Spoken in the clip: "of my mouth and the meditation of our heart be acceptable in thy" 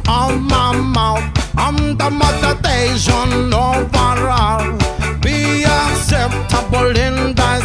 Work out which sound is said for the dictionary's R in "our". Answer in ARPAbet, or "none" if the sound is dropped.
R